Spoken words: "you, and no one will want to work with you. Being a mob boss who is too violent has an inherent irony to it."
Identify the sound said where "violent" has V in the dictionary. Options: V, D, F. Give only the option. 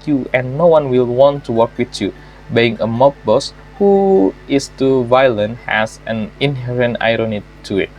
V